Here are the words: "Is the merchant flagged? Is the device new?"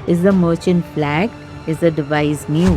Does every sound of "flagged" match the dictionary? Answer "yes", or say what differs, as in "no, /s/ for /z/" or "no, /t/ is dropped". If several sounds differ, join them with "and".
no, /d/ is dropped